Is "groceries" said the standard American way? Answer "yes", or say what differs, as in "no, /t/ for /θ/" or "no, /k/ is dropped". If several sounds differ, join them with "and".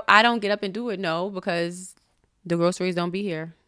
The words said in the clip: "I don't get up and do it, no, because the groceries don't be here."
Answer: yes